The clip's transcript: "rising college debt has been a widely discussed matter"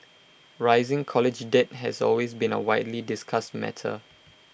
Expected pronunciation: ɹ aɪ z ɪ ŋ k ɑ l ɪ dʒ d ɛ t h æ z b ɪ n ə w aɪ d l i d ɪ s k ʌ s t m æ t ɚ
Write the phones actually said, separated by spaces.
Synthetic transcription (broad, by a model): ɹ aɪ z ɪ ŋ k ɑ l ɪ dʒ d ɛ t h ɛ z b ɪ n ə w aɪ d l i d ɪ s k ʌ s t m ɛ t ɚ